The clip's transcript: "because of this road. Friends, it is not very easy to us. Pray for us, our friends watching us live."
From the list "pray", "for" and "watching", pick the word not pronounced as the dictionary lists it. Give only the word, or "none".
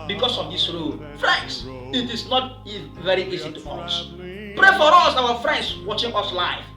none